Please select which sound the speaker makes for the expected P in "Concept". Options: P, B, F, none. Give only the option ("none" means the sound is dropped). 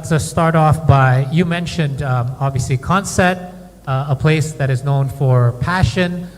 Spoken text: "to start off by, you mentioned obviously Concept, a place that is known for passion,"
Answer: none